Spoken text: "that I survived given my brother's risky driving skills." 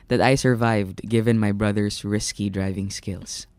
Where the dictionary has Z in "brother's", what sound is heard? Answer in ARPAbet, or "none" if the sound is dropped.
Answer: S